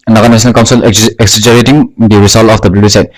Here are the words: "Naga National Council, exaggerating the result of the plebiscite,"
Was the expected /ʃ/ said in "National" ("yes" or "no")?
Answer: no